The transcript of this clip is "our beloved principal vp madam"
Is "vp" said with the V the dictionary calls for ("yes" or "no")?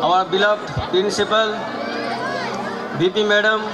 no